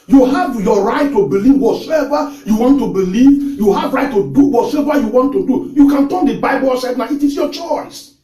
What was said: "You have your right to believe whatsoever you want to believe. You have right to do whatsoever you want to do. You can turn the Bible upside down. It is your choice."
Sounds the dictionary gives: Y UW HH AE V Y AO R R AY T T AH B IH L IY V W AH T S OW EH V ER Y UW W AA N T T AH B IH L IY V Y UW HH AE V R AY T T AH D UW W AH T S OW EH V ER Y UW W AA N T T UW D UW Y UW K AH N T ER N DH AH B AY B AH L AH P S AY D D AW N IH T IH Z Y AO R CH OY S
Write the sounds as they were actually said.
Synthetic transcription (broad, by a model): Y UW HH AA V Y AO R R AY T T AH B IH L IY V W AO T S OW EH V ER Y UW W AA N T T AH B IH L IY V Y UW HH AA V R AY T T AH D UW W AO T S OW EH V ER Y UW W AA N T T UW D UW Y UW K AH N T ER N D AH B AY B AH L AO S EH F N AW IH T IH S Y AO CH OY S